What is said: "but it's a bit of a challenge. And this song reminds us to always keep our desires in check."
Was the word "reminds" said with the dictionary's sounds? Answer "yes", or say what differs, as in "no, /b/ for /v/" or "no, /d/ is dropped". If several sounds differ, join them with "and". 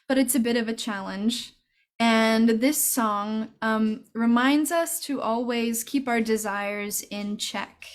yes